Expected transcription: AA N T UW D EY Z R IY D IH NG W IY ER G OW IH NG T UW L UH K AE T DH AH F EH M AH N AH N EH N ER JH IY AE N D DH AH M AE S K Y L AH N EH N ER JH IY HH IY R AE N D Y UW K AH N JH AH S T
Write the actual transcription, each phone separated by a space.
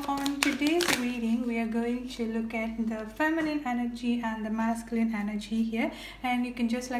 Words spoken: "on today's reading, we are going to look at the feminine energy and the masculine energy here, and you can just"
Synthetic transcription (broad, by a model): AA N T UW D EY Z R IY D IH NG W IY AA G OW IH NG T UW L UH K AE T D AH F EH M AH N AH N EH N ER JH IY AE N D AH M AE S K Y L AH N EH N ER JH IY HH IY R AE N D Y UW K AH N JH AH S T